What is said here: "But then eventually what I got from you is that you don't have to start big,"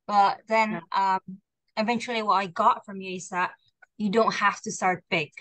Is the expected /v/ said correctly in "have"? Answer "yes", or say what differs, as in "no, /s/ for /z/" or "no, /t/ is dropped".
no, /f/ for /v/